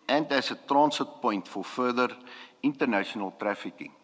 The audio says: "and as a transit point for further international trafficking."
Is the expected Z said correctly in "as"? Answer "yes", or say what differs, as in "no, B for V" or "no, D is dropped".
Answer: no, S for Z